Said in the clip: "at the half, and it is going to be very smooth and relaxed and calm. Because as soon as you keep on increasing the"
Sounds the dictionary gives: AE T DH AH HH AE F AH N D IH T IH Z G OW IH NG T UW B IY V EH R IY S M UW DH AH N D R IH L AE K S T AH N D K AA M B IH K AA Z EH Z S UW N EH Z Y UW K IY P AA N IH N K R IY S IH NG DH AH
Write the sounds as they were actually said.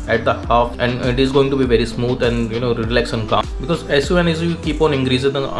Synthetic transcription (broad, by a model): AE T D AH HH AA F AH N D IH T IH Z G OW IH NG T UW B IY V EH R IY S M UW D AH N D R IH L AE K S AH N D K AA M B IH K AA Z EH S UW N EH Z Y UW K IY P AA N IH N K R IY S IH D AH